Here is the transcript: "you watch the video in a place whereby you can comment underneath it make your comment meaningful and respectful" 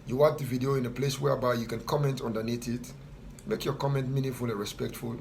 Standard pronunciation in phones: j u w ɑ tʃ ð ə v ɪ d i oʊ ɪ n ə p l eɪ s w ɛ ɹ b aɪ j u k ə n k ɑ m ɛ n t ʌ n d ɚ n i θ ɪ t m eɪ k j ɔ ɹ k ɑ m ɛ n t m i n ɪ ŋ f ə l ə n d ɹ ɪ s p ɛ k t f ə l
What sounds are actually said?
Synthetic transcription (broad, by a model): j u w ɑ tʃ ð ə v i d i oʊ ɪ n ə p l eɪ s w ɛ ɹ b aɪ j u k ə n k ɑ m ɛ n t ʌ n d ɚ n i t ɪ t m eɪ k j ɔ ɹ k ɑ m ɛ n t m i n ɪ ŋ f ə l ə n ɹ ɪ s p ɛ k t f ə l